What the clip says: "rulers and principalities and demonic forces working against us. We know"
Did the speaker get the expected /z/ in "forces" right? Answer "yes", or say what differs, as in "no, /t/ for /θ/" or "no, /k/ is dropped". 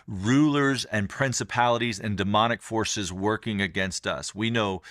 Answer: yes